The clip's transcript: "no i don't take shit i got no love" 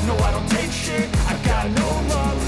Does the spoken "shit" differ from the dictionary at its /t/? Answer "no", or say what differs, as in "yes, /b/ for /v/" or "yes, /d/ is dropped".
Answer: yes, /t/ is dropped